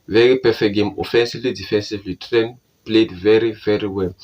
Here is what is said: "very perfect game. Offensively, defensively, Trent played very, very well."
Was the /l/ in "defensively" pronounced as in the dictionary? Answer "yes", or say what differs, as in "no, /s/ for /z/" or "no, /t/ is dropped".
yes